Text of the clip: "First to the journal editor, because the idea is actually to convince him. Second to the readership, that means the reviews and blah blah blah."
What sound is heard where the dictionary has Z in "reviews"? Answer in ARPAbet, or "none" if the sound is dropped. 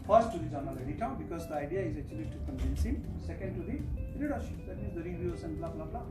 S